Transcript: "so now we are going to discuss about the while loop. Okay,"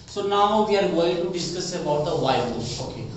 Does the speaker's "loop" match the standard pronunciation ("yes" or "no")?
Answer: no